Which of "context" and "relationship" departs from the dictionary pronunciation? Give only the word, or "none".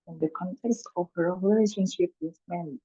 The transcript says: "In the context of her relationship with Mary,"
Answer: none